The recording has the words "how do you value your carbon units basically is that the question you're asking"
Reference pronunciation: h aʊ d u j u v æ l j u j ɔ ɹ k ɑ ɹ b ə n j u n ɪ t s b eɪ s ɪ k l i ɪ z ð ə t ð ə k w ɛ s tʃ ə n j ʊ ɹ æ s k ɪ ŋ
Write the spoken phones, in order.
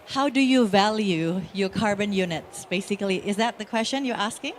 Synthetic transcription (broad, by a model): h aʊ d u j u v æ l j u j ɔ ɹ k ɑ ɹ b ə n j u n ɪ t s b eɪ s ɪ k l i ɪ z ð ə t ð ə k w ɛ s tʃ ə n j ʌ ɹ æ s k ɪ ŋ